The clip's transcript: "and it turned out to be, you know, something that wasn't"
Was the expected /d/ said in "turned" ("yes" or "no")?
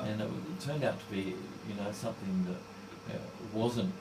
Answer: yes